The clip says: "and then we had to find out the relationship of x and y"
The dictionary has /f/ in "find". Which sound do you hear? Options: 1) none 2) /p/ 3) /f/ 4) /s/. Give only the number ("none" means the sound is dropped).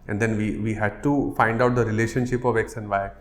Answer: 3